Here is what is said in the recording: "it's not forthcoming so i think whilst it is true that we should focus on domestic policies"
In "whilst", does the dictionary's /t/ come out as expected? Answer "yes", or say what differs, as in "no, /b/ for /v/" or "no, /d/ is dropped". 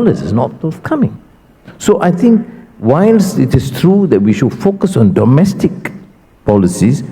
no, /t/ is dropped